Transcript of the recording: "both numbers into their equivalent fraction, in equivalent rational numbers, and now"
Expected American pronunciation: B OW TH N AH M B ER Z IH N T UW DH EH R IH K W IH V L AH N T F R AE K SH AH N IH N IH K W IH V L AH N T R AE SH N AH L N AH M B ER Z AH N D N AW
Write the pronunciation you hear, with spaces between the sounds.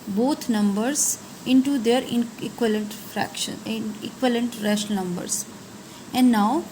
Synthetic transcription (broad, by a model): B OW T N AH M B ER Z IH N T UW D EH R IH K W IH L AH N T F R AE K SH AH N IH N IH K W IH L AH N T R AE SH AH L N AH M B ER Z AH N D N AW